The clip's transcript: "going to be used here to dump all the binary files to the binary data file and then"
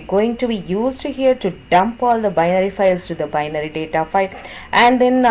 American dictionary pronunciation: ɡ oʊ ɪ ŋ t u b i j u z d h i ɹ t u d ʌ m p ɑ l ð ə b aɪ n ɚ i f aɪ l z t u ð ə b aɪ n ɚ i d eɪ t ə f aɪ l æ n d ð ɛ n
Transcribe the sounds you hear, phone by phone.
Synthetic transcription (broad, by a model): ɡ oʊ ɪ ŋ t u b i j u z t h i ɹ t u d ʌ m p ɑ l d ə b aɪ n ɚ i f aɪ l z t u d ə b aɪ n ɚ i d eɪ t ə f aɪ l æ n d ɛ n